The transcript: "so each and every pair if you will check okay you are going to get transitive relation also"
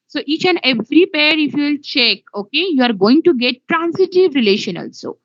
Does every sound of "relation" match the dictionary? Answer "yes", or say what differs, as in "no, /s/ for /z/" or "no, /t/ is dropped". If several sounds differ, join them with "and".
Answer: yes